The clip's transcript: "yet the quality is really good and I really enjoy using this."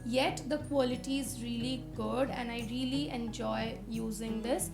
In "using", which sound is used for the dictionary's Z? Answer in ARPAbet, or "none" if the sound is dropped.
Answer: Z